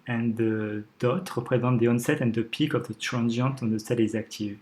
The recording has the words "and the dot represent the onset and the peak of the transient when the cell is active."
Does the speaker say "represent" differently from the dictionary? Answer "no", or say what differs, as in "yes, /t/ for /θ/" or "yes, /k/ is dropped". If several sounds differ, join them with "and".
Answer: yes, /n/ is dropped